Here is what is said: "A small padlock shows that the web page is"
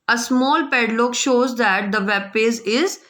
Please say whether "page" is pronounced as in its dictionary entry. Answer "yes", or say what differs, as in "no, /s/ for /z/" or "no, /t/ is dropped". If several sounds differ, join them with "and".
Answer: no, /z/ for /dʒ/